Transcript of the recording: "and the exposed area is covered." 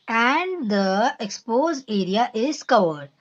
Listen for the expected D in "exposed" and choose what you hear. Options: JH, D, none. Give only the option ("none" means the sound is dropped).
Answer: none